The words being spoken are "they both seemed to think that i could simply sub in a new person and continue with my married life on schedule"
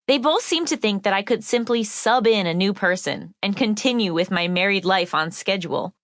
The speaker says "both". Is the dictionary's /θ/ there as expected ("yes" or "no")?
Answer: yes